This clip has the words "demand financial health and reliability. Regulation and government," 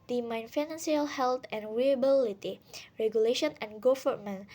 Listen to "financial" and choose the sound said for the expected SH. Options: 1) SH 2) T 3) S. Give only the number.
3